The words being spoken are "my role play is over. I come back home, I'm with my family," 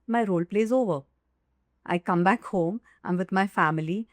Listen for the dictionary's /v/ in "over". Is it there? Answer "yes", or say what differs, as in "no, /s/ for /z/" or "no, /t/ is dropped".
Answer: yes